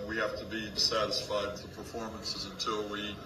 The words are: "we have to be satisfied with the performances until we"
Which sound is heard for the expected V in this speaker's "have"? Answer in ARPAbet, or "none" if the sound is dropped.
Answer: F